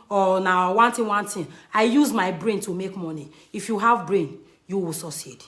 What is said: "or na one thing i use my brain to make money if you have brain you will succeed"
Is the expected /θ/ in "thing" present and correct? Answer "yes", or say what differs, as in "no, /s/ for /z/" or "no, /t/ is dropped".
no, /t/ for /θ/